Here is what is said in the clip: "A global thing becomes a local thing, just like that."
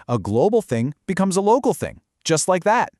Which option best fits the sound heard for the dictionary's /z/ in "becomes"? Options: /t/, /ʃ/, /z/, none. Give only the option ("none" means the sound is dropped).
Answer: /z/